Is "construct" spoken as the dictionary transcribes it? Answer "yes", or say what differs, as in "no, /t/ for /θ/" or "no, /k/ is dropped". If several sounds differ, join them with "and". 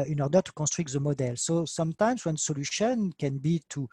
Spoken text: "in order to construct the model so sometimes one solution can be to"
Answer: no, /n/ is dropped